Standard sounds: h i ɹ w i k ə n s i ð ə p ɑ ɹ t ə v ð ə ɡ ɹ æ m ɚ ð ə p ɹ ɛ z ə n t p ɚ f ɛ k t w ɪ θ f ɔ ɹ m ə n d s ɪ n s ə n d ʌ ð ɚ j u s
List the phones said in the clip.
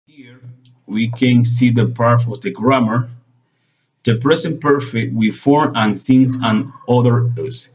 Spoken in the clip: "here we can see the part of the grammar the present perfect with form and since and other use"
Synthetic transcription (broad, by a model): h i ɹ w i k ə n s i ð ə p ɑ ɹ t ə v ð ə ɡ ɹ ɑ m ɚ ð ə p ɹ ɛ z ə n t p ɚ f ɛ k t w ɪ f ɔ ɹ ə n s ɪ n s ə n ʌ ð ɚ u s